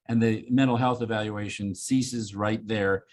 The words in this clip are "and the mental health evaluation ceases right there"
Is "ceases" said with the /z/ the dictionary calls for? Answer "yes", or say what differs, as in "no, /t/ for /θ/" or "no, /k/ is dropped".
yes